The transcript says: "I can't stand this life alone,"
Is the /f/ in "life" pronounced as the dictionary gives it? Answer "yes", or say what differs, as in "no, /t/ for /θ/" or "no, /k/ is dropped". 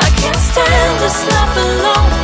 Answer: no, /p/ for /f/